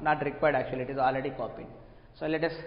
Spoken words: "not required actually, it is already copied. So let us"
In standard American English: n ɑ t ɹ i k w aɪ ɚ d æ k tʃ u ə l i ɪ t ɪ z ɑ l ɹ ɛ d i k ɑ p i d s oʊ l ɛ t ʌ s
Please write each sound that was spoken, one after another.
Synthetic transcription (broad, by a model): n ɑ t ɹ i k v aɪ d æ k tʃ u ə l i t ɪ z ɑ l ɹ ɛ d i k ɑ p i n s oʊ l ɛ t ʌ s